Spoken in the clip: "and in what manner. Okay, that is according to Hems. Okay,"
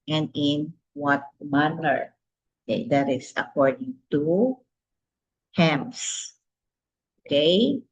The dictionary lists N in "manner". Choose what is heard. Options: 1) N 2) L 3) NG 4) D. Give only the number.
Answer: 2